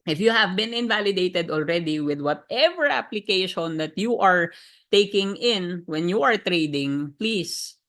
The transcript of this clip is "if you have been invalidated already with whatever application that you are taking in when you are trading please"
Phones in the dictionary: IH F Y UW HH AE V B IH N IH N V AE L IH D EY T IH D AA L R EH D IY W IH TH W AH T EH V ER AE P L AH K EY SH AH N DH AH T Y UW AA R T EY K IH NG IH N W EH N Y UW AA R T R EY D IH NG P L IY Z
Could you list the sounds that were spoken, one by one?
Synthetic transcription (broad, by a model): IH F Y UW HH AE V B IH N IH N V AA L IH D EY T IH D AA L R EH D IY W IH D W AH T EH V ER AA P L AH K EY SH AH N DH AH T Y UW AA R T EY K IH NG IH N W EH N Y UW AA R T R EY D IH NG P L IY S